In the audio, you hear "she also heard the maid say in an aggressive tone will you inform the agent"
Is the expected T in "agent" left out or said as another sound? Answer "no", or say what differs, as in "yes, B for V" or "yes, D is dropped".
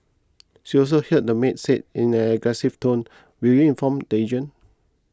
yes, T is dropped